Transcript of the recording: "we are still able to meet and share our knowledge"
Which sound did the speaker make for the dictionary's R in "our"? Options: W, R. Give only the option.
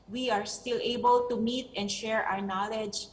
R